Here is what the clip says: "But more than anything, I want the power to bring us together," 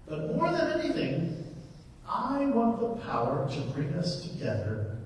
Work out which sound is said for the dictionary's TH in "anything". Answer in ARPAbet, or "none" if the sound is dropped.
TH